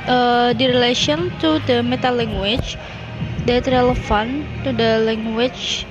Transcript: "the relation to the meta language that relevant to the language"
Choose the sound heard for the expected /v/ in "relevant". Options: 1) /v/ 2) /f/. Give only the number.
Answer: 2